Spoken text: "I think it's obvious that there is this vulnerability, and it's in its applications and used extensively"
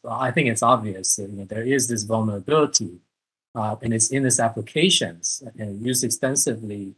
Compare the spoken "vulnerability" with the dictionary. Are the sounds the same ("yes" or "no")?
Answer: yes